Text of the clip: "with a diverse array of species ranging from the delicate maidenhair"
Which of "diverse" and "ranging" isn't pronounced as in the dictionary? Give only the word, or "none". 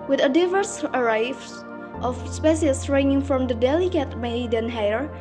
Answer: ranging